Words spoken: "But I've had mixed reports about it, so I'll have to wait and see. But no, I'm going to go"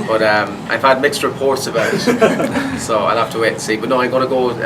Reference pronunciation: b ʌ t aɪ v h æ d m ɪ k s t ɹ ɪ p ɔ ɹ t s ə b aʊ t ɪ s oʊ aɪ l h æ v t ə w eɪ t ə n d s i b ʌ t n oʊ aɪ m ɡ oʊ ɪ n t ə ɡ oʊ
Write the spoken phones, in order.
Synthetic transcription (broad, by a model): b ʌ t aɪ v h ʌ d m ɪ k s t ɹ ɪ p ɔ ɹ t s ə b aʊ t s oʊ aɪ l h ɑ f t ə w eɪ t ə s i b ʌ t n oʊ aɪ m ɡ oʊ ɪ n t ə ɡ oʊ